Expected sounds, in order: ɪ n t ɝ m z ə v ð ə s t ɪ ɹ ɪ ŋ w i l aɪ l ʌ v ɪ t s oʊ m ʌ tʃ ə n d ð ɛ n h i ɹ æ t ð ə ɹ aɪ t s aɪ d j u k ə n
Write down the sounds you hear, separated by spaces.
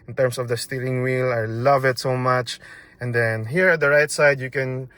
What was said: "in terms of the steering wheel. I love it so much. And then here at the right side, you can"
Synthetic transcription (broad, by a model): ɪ n t ɝ m s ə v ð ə s t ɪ l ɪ ŋ w i l aɪ l ʌ v ɪ t s oʊ m ʌ tʃ ə n d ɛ n h i ɹ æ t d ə ɹ aɪ t s aɪ d j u k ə n